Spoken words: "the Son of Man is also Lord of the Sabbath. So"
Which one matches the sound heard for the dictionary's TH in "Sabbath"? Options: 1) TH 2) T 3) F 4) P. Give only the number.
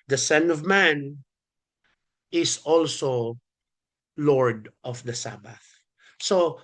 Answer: 1